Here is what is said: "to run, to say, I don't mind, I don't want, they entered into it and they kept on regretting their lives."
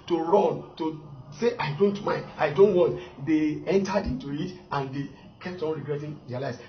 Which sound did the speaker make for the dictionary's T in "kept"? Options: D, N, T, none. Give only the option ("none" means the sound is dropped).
T